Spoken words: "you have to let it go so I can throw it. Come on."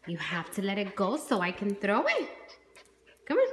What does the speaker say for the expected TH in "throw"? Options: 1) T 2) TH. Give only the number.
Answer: 2